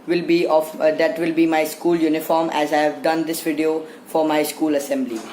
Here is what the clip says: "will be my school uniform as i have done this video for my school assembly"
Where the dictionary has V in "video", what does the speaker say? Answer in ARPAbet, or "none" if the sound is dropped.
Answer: V